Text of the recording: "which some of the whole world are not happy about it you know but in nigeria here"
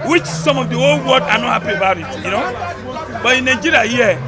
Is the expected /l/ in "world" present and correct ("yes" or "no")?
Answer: no